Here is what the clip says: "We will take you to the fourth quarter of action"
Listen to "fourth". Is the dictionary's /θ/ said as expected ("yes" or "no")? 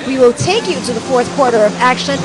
yes